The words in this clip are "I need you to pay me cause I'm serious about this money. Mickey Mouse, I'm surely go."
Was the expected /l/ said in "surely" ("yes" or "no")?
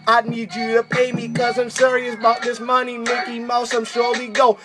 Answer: no